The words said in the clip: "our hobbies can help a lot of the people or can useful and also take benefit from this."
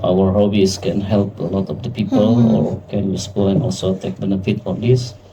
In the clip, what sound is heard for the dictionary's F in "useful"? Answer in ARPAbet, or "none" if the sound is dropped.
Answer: P